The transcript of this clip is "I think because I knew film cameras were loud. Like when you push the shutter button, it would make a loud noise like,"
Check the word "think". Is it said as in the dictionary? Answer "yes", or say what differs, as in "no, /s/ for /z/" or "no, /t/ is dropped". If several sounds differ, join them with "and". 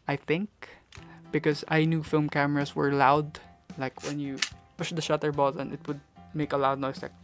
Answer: yes